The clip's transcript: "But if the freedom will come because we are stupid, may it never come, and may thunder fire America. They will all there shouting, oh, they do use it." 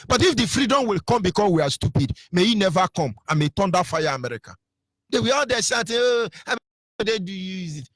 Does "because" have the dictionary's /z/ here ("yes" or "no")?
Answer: no